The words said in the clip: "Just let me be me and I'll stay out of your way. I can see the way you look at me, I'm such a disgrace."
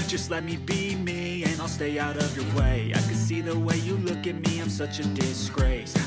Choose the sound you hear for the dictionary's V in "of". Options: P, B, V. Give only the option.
V